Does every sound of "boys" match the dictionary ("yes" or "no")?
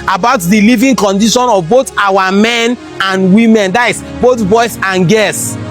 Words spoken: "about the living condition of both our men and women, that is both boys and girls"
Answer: no